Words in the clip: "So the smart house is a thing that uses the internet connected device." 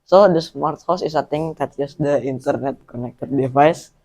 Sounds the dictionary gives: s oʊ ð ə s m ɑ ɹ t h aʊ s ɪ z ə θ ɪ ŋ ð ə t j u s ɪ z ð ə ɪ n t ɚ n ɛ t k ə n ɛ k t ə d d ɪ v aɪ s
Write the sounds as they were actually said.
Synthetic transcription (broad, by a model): s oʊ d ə s m ɑ ɹ t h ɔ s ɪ s ə t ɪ ŋ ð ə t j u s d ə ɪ n t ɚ n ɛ t k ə n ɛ k t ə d d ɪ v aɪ s